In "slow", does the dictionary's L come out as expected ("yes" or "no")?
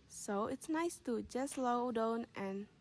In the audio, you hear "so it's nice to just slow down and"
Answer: yes